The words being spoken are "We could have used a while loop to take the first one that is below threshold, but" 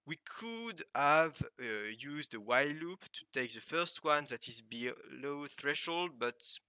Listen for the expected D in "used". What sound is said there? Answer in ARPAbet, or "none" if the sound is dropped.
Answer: D